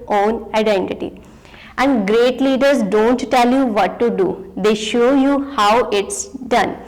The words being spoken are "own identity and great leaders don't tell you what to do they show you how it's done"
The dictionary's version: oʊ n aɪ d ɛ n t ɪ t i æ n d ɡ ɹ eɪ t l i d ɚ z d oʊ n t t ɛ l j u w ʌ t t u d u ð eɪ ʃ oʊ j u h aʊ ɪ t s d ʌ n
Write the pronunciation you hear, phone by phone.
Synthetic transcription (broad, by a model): oʊ n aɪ d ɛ n t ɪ t i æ n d ɡ ɹ eɪ t l i d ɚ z d oʊ n t t ɛ l j u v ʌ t t u d u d eɪ ʃ oʊ j u h aʊ ɪ t s d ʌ n